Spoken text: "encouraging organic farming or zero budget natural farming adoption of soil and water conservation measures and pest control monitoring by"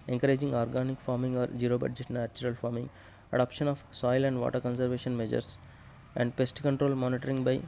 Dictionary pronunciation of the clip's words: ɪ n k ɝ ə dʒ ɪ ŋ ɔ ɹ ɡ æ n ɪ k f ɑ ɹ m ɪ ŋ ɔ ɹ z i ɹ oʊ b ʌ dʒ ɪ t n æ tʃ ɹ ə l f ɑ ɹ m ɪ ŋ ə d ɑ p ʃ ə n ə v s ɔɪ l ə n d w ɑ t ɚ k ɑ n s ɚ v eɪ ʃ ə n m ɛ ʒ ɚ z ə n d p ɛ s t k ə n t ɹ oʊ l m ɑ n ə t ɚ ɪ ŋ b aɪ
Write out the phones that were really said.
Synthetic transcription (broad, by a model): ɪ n k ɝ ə dʒ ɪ ŋ ɔ ɹ ɡ æ n ɪ k f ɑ ɹ m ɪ ŋ ɔ ɹ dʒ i ɹ oʊ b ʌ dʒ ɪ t n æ tʃ ɹ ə l f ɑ ɹ m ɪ ŋ ə d ɑ p ʃ ə n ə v s ɔɪ l ə n d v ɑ t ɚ k ɑ n s ɚ v eɪ ʃ ə n m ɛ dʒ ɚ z ə n d p ɛ s t k ə n t ɹ oʊ l m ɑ n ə t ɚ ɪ ŋ b aɪ